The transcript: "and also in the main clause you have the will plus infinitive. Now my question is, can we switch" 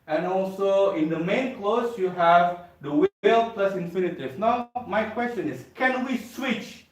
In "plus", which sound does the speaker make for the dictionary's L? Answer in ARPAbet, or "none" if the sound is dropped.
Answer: L